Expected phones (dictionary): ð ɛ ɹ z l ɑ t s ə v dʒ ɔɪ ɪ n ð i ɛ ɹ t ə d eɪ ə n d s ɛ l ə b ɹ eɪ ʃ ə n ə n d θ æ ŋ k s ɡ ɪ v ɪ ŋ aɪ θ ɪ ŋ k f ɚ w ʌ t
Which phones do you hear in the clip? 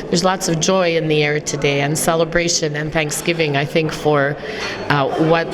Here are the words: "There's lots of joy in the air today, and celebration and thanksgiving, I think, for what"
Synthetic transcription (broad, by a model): ð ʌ ɹ z l ɑ t s ə v dʒ ɔɪ ɪ n ð i ɛ ɹ t ə d eɪ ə n s ɛ l ə b ɹ eɪ ʃ ə n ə n θ æ ŋ k s ɡ ɪ v ɪ ŋ aɪ θ ɪ ŋ k f ɚ w ʌ t